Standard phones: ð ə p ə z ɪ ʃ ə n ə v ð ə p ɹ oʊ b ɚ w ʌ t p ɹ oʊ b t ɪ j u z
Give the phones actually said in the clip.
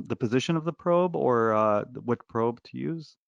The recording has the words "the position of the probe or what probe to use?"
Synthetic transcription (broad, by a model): ð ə p ə z ɪ ʃ ə n ə v ð ə p ɹ oʊ b ɚ w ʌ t p ɹ oʊ b t ɪ j u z